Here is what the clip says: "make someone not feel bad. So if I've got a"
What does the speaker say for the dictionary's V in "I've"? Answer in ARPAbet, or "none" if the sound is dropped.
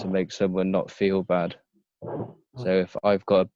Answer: V